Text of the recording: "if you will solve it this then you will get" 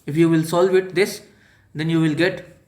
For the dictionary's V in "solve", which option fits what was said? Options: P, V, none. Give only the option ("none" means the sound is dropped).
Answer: V